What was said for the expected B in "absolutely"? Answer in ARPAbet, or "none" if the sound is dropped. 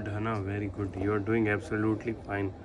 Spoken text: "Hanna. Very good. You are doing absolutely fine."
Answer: B